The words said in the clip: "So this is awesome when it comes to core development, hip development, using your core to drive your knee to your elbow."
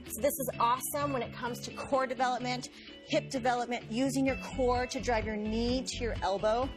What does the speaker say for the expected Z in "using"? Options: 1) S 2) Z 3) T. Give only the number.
2